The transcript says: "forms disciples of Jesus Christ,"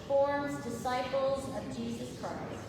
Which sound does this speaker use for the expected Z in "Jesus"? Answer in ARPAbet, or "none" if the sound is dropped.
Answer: Z